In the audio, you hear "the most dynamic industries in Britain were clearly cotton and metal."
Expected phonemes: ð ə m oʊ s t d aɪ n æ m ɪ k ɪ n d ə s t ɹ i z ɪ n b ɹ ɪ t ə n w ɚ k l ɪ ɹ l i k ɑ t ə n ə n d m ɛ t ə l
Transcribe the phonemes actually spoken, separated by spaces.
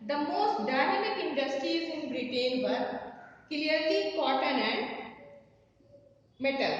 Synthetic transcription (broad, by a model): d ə m oʊ s t d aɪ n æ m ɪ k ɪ n d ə s t ɹ i ɪ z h ɹ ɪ t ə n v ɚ k l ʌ ɹ l i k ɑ t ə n ə n d m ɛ t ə l